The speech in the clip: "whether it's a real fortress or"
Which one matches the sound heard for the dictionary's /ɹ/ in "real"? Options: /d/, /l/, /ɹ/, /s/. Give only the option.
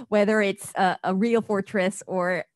/ɹ/